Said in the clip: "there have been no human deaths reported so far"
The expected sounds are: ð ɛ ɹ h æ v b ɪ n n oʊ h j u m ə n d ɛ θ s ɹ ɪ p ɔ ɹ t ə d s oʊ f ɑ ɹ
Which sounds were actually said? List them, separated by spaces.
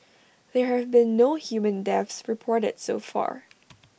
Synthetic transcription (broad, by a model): ð ɛ ɹ h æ v b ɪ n n oʊ h j u m ə n d ɛ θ s ɹ ɪ p ɔ ɹ t ə d s oʊ f ɑ ɹ